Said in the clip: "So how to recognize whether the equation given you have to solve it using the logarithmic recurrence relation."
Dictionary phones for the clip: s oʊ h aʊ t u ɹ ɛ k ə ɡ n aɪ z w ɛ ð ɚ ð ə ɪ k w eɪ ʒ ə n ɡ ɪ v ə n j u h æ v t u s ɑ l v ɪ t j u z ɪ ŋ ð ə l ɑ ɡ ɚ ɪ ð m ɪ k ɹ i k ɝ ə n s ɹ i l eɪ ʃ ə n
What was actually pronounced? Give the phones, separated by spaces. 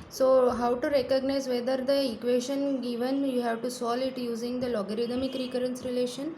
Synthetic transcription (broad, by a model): s oʊ h aʊ t u ɹ ɛ k ə ɡ n aɪ z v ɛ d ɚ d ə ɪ k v eɪ ʃ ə n ɡ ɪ v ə n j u h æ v t u s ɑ l ɪ t j u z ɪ ŋ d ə l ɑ ɡ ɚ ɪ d m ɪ k ɹ i k ɝ ə n s ɹ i l eɪ ʃ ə n